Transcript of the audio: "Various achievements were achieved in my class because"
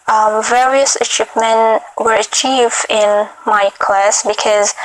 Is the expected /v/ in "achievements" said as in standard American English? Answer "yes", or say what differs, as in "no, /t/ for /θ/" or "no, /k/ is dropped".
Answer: no, /p/ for /v/